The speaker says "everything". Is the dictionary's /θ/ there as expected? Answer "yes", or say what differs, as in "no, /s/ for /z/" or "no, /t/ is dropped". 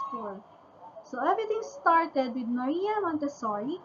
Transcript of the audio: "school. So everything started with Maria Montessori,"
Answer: no, /t/ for /θ/